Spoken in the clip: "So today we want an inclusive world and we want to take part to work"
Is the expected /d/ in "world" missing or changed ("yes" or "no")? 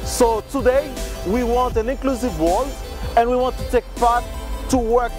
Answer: yes